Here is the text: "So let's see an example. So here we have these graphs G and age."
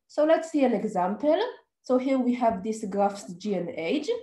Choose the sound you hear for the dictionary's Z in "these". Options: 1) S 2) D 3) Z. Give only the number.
1